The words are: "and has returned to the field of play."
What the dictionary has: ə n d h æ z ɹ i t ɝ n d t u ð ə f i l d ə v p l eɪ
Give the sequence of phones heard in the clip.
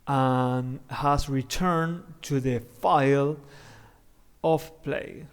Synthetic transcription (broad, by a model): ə n h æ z ɹ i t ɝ n t u ð ə f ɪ l ə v p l eɪ